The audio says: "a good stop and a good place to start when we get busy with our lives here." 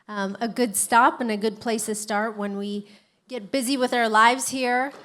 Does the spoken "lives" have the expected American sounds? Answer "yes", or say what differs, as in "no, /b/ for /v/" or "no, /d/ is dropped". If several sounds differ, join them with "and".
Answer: yes